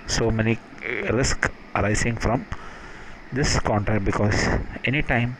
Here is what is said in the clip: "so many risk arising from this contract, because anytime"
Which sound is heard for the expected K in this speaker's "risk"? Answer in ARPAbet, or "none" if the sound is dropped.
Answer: K